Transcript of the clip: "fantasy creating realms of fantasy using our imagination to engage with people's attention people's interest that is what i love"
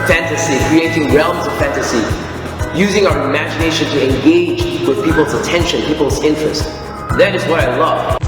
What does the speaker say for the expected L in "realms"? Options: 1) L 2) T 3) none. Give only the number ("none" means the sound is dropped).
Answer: 1